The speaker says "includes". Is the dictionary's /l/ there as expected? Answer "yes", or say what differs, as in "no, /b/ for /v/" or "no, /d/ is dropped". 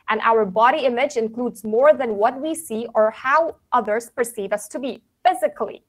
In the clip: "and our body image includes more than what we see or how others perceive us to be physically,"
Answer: yes